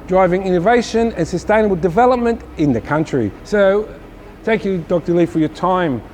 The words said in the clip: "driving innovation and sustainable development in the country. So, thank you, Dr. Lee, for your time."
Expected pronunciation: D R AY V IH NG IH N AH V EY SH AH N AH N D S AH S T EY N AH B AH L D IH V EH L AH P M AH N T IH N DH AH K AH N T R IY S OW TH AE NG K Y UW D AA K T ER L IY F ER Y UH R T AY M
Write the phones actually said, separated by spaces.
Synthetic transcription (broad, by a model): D R AY V IH NG IH N AH V EY SH AH N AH N S AH S T EY N AH B AH L D IH V EH L AH P M AH N T IH N DH AH K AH N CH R IY S OW TH AE NG K Y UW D AA K T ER L IY F ER Y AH R T AY M